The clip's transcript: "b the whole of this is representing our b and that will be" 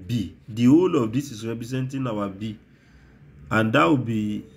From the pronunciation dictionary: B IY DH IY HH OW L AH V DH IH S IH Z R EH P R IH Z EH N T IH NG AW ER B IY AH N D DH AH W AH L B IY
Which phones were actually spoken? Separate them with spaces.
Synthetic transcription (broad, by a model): B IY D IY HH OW L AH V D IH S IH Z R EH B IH S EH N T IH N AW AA B IY AH N D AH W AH B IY